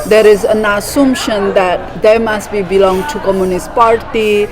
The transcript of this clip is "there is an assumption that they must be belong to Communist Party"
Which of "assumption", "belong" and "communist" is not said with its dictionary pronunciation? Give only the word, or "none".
assumption